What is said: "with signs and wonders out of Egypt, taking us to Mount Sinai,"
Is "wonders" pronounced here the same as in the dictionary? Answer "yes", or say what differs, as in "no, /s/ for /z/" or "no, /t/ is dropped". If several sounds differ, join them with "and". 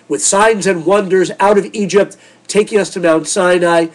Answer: yes